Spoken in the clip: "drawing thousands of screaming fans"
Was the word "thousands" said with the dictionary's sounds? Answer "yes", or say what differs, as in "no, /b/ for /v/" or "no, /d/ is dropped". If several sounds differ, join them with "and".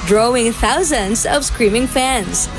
yes